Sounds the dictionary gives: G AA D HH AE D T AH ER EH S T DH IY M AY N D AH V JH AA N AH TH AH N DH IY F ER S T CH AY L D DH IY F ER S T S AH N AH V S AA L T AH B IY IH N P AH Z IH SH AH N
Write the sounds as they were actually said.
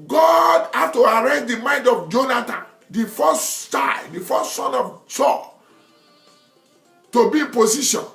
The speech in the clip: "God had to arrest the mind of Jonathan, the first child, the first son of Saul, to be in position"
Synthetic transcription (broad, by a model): G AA D HH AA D T AH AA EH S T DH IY M AY N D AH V JH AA N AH T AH N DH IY F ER S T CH AY D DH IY F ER S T S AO N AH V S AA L T AH B IY IH N P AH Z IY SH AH N